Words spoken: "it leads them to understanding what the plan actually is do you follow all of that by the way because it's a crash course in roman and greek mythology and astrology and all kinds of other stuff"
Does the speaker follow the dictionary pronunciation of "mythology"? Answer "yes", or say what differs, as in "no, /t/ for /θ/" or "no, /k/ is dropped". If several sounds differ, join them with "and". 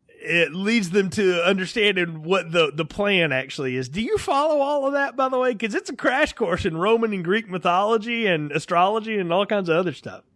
yes